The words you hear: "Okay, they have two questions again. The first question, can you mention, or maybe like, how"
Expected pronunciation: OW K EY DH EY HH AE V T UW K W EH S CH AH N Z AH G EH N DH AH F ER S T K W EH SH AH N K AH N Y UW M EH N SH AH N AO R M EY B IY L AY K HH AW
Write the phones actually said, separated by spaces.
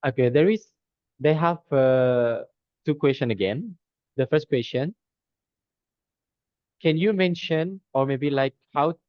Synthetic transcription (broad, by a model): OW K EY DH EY HH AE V T UW K W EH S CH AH N AH G EH N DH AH F ER S T K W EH S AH N K AH N Y UW M EH N SH AH N AO R M EY B IY L AY K HH AW